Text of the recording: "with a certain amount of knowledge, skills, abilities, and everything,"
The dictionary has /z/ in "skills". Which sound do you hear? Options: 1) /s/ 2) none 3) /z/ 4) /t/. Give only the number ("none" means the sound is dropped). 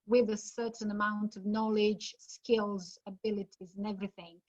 3